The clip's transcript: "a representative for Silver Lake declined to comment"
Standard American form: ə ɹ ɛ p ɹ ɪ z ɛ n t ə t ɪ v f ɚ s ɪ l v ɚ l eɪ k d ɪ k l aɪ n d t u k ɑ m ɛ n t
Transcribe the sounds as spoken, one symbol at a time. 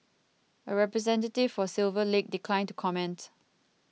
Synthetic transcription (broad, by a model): ə ɹ ɛ p ɹ ɪ z ɛ n t ə t ɪ v f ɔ s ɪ l v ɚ l eɪ k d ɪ k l aɪ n t u k ɑ m ɛ n t